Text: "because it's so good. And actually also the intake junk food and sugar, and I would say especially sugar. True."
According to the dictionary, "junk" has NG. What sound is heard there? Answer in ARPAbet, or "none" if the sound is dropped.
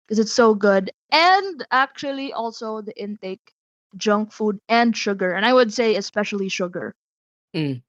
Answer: NG